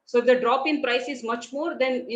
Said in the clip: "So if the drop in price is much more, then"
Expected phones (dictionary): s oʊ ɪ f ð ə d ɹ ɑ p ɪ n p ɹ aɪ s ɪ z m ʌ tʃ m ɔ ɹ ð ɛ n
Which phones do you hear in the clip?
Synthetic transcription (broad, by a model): s oʊ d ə d ɹ ɑ p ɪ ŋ p ɹ aɪ s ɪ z m ʌ tʃ m ɔ ɹ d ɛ n